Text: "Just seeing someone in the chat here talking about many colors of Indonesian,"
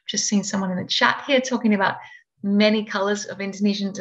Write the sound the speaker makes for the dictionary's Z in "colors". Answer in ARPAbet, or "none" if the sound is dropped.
Z